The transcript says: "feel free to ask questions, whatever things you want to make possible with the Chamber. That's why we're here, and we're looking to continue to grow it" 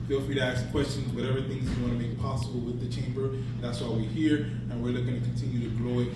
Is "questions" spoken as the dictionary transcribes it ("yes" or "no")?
yes